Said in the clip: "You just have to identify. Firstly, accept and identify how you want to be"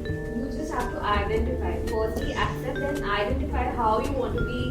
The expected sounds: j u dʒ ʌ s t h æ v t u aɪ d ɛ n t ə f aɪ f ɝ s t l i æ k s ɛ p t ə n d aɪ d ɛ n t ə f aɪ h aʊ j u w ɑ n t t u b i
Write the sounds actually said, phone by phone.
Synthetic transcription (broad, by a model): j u dʒ ʌ s t h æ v t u aɪ d ɛ n t ə f aɪ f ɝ t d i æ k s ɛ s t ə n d aɪ d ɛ n t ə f aɪ h aʊ j u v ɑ n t t u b i